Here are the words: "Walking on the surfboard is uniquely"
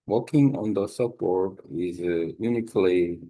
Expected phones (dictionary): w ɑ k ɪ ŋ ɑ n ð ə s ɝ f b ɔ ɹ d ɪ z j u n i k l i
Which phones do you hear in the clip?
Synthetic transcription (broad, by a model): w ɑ k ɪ ŋ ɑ n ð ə s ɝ p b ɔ ɹ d ɪ z j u n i k l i